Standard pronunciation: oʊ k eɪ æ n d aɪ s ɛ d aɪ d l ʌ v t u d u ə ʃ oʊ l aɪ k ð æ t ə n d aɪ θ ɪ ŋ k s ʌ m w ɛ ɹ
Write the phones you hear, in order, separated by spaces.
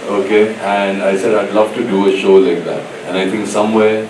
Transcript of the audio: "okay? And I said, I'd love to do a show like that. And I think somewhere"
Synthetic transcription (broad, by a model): oʊ k eɪ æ n d aɪ s ɛ d aɪ d l ʌ v t u d u ə ʃ oʊ l aɪ k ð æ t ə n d aɪ t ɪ ŋ k s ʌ m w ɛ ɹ